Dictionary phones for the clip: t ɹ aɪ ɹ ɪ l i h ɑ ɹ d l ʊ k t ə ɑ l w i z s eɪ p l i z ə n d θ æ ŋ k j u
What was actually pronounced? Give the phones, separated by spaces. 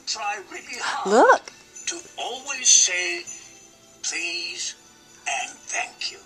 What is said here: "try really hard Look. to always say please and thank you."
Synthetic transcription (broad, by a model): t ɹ aɪ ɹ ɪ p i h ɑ l ʊ k t ə ɑ l w i z s eɪ p l i z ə n θ æ ŋ k j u